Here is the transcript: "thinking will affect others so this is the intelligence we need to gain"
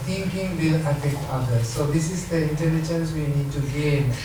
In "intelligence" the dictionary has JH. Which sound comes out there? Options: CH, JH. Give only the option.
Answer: CH